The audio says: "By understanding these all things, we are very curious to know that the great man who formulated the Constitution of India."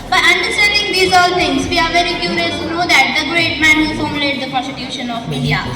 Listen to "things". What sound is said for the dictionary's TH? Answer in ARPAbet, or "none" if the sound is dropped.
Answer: T